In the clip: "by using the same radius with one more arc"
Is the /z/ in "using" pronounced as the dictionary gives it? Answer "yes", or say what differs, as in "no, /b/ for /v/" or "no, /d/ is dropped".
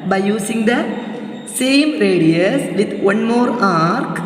no, /s/ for /z/